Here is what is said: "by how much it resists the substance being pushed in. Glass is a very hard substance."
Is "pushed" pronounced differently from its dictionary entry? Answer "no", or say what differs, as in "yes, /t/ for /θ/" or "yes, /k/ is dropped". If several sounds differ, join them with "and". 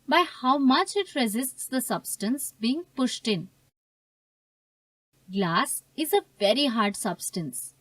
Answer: no